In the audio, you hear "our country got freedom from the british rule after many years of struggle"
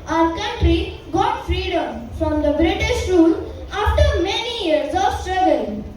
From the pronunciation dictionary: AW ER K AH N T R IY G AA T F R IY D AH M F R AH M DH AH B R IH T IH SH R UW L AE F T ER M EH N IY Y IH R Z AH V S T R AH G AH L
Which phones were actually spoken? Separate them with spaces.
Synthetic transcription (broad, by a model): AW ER K AH N T R IY G AA T F R IY D AH M F R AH M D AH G R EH T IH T R UW L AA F T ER M EH N IY Y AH R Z AH V S T R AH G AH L